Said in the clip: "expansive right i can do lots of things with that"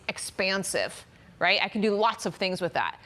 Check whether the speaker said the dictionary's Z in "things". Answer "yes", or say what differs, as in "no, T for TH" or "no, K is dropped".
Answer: yes